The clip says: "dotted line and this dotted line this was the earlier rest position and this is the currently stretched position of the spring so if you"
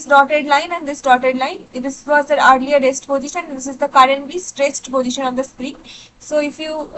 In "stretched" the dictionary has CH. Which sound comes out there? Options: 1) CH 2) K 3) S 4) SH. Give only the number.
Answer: 3